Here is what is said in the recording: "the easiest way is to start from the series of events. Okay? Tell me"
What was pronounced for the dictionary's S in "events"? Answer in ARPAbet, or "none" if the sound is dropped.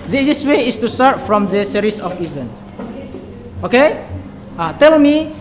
none